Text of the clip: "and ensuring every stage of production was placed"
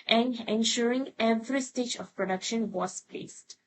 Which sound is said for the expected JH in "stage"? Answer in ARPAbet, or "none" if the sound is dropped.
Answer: JH